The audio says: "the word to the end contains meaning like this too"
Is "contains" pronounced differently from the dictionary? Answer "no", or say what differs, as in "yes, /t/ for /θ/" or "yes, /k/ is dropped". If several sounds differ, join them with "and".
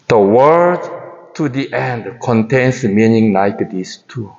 yes, /s/ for /z/